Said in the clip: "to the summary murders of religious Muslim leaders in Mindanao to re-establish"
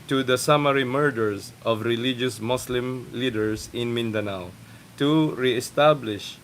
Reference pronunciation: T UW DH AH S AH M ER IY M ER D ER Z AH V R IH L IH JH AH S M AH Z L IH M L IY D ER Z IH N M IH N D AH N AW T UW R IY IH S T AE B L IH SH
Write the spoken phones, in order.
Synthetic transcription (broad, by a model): T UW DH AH S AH M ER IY M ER D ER S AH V R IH L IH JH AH S M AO S L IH M L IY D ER S IH N M IH N D AH N AW T UW R IY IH S T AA B L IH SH